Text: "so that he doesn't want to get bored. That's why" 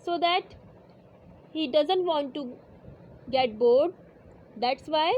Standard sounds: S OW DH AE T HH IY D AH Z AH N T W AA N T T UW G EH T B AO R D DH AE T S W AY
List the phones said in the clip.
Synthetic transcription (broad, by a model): S OW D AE T HH IY D AH Z AH N T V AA N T T UW G EH T B AO R D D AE T S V AY